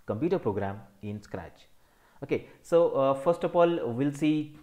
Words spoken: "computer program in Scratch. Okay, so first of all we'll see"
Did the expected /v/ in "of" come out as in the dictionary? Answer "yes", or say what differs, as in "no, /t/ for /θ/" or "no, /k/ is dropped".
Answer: no, /f/ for /v/